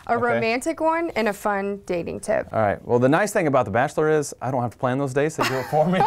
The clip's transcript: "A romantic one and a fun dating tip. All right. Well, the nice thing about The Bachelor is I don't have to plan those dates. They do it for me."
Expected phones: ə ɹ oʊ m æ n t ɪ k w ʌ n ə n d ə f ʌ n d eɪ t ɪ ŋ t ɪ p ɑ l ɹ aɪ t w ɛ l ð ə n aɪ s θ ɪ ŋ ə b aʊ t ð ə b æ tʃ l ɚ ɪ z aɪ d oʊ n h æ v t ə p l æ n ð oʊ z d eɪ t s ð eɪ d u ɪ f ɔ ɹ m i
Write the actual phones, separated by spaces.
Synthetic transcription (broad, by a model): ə ɹ oʊ m æ n t ɪ k w ʌ n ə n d ə f ʌ n d eɪ t ɪ ŋ t ɪ p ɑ ɹ aɪ t w ɛ l ð ə n aɪ s θ ɪ ŋ ə b aʊ t ð ə b æ tʃ l ɚ ɪ z aɪ d oʊ n h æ f t ə p l æ n ð oʊ z d eɪ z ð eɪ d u ɪ f ɔ ɹ m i